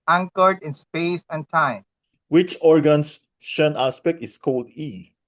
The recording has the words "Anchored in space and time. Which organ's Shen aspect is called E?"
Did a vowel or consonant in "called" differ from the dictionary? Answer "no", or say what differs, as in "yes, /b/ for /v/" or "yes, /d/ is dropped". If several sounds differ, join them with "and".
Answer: no